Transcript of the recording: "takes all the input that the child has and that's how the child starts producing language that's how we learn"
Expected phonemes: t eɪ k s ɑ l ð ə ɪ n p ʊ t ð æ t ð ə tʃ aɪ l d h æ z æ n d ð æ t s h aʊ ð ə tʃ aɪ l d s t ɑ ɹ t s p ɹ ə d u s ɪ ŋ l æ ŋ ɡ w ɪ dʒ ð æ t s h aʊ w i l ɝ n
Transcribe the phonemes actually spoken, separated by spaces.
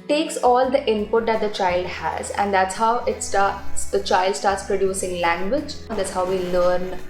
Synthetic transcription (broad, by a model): t eɪ k s ɑ l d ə ɪ n p ʊ t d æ t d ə tʃ aɪ l d h æ z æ n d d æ t s h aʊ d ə tʃ aɪ l d s t ɑ ɹ t s p ɹ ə d u s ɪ ŋ l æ ŋ ɡ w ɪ dʒ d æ t s h aʊ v i l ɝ n